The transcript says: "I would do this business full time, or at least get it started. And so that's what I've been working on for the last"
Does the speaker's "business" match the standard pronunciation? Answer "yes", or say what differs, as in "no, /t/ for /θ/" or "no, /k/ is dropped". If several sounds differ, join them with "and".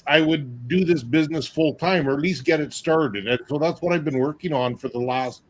yes